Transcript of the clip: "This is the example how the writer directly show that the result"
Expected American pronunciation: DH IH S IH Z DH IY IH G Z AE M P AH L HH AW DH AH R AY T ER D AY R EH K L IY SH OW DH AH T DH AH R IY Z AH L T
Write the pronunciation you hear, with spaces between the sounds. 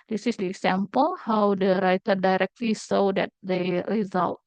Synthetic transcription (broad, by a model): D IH S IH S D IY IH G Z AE M P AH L HH AW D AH R AY T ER D AY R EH K L IY S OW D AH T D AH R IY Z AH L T